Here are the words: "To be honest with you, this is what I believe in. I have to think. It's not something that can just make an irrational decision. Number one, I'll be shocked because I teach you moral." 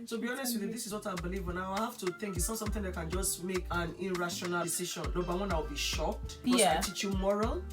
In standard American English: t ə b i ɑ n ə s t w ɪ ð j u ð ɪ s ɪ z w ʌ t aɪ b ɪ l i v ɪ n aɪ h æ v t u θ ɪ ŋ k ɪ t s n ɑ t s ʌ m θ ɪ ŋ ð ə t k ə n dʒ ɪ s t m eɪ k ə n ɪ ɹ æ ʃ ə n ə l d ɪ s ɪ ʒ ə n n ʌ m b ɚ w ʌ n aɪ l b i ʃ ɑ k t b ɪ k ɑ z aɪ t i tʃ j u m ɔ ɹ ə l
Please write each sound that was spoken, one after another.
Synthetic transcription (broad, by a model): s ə b i ɑ n ə s t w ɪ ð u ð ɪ s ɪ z w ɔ t aɪ b ɪ l i v ɪ n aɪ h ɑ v t u θ ɪ ŋ k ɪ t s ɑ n s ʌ m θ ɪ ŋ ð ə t k ə n dʒ ɪ s t m eɪ k ə n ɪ ɹ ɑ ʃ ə n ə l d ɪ s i ʃ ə n l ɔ b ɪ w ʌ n aɪ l b i ʃ ɑ k t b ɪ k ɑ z aɪ t i tʃ j u m ɔ ɹ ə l